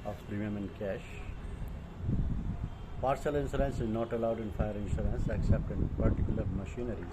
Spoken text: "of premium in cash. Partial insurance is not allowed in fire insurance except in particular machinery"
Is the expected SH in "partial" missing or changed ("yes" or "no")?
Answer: yes